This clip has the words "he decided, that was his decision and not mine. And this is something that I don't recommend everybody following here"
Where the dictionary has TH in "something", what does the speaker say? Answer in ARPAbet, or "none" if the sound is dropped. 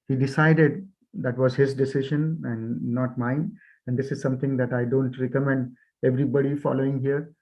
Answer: T